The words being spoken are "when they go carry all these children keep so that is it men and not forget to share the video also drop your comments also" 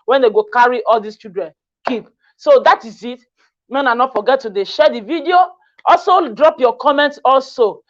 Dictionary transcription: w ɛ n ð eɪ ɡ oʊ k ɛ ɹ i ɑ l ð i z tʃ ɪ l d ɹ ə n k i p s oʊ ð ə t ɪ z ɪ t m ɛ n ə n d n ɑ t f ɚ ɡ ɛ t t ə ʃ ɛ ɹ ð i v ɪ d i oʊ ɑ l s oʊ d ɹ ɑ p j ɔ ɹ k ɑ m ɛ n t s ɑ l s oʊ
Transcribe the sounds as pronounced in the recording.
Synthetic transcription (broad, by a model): w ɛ n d eɪ ɡ oʊ k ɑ ɹ i ɑ l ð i s tʃ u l d ɹ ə n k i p s oʊ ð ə t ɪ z ɪ t m ɛ n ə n n ɑ t f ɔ ɡ ɛ t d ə ʃ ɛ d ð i v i d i oʊ ɑ l s oʊ d ɹ ɑ p j ɔ k ɑ m ɛ n t s ɑ l s oʊ